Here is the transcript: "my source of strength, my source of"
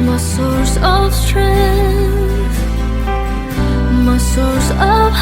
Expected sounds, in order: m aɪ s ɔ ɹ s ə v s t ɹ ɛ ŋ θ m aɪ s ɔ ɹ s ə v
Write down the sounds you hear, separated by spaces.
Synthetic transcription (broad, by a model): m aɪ s ɔ ɹ s ə v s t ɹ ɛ θ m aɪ s ɔ ɹ s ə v